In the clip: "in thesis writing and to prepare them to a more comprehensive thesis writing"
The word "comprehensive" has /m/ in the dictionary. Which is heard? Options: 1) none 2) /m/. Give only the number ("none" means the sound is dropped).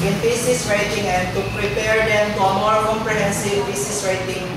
1